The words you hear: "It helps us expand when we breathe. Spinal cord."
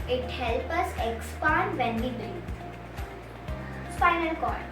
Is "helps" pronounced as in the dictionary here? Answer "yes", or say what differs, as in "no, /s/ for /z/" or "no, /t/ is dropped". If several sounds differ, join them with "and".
no, /s/ is dropped